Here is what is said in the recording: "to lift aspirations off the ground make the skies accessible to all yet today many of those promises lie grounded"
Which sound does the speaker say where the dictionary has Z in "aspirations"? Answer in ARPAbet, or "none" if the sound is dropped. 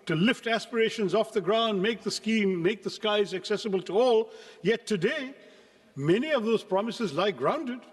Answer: Z